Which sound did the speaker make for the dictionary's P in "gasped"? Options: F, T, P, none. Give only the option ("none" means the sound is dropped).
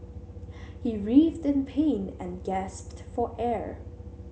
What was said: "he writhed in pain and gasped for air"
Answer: P